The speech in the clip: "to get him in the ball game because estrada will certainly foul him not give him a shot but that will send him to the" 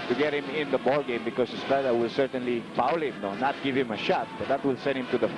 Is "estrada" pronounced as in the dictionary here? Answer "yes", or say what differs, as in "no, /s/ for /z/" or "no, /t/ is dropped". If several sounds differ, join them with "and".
no, /ɹ/ is dropped